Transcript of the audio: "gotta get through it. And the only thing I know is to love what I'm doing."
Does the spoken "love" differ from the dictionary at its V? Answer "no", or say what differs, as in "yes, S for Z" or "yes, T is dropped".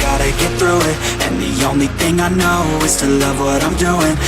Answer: no